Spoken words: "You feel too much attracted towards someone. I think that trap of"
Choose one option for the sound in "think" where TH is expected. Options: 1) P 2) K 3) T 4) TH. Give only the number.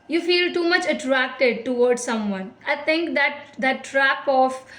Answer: 3